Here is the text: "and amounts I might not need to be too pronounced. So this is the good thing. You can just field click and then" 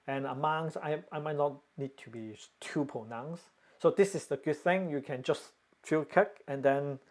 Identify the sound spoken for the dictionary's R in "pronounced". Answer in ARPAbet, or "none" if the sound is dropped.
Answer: none